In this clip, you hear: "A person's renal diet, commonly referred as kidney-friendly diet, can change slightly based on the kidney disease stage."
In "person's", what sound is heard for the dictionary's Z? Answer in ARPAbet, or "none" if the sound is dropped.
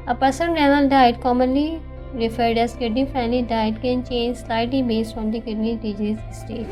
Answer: none